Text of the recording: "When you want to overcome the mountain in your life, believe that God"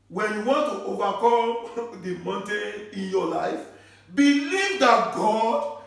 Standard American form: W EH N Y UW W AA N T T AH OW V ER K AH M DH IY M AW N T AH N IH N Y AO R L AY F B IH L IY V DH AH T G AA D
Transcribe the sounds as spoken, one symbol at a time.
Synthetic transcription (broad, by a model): W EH N Y UW W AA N T T OW V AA K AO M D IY M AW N T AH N IH N Y AO L AY F B IH L IY V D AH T G AA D